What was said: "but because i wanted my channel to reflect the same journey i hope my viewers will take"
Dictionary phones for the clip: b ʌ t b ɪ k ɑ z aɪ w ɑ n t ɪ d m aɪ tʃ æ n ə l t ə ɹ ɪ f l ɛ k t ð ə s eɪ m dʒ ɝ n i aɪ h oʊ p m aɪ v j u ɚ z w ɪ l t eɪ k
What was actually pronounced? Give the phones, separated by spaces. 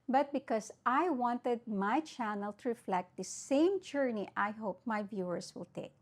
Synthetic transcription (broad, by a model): b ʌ t b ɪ k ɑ s aɪ w ɑ n t ɪ d m aɪ tʃ æ n ə l t ə ɹ ɪ f l ɛ k t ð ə s eɪ m dʒ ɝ n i aɪ h oʊ p m aɪ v j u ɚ s w ɪ l t eɪ k